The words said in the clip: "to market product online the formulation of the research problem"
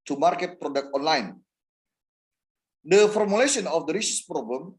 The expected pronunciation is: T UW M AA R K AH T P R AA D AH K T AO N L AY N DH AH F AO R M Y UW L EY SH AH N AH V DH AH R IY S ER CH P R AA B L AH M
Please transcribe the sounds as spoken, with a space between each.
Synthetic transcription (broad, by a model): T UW M AA R K AH T P R AA D AH K T AO N L AY N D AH F AO R M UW L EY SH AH N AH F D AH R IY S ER S P R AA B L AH M